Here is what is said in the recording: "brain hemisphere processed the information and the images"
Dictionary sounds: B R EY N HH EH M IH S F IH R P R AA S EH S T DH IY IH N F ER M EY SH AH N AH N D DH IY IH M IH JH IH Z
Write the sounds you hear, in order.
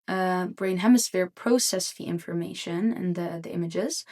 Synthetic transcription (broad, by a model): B R EY N HH EH M IH S F IH R P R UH S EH S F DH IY IH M F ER M EY SH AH N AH N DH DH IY IH M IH JH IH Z